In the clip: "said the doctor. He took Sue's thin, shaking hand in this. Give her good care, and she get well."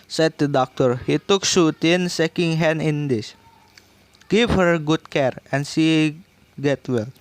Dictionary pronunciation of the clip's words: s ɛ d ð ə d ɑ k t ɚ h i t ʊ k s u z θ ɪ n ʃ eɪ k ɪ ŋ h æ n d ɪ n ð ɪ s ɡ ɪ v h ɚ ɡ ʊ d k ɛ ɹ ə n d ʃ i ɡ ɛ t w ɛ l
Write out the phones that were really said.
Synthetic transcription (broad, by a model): s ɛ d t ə d ɑ k t ɚ h i t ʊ k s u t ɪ n s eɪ k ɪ ŋ h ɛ n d ɪ n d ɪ s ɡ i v h ɚ ɡ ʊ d k ɛ ɹ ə n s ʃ i ɡ ɛ t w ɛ l